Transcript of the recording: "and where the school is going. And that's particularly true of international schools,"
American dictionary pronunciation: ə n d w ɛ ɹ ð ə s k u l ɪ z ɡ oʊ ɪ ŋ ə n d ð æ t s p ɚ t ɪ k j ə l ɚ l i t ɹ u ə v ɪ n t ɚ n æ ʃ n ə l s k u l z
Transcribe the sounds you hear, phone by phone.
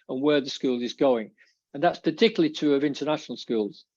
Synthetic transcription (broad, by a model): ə n w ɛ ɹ ð ə s k u l ɪ z ɡ oʊ ɪ ŋ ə n ð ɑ t s p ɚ t ɪ k j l l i t u ə v ɪ n t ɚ n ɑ ʃ n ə l s k u l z